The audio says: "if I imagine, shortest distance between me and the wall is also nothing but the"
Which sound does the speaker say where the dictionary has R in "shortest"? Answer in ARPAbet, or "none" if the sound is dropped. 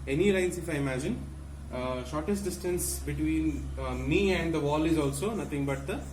R